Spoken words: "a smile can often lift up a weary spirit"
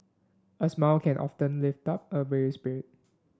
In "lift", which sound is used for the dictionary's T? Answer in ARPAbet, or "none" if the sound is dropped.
T